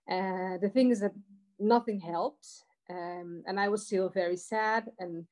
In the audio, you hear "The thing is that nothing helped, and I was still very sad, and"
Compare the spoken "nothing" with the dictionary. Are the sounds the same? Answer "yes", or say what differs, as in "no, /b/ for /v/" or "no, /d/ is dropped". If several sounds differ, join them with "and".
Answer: yes